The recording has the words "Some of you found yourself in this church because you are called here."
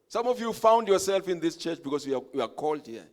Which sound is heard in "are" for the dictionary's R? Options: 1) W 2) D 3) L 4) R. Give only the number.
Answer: 1